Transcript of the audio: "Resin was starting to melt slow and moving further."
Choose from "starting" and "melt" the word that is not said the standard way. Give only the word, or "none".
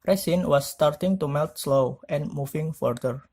none